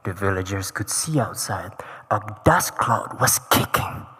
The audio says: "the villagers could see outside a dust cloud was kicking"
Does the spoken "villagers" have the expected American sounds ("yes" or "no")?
yes